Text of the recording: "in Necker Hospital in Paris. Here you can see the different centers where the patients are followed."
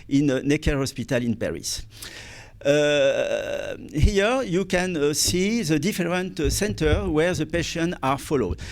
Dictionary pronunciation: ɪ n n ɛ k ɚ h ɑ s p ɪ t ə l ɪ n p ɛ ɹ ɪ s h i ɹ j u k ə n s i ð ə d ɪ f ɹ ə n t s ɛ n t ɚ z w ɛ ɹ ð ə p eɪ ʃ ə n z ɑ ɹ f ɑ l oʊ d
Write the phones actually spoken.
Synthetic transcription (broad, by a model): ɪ n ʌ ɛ k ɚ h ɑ s p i t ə l ɪ n p ɛ ɹ ɪ s h i ɹ j u k ə n s i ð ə d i f ɹ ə n t s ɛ n t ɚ w ɛ ɹ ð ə p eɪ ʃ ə n ɑ ɹ f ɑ l oʊ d